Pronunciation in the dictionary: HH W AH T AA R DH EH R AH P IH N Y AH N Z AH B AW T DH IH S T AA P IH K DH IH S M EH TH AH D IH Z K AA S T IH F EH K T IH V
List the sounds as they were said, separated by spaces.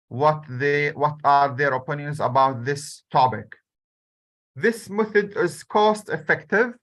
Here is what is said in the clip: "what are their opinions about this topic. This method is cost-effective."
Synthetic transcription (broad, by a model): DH W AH T AA R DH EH R AH P IH N Y AH N Z AH B AW T DH IH S T AA P IH K DH IH S M EH TH AH D IH Z K AA S T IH F EH K T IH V